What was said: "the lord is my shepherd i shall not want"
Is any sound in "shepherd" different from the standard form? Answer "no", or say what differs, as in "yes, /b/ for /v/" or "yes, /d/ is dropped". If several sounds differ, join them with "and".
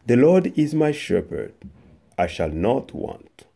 no